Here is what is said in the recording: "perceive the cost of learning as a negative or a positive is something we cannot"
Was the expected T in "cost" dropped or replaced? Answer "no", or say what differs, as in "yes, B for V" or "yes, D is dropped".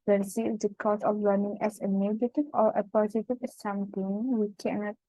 yes, T is dropped